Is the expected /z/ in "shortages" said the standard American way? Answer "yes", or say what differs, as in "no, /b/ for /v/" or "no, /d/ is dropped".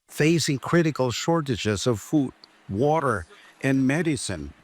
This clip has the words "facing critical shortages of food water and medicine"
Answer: yes